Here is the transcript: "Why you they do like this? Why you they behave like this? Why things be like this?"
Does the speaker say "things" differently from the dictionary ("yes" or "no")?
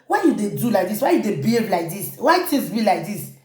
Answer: yes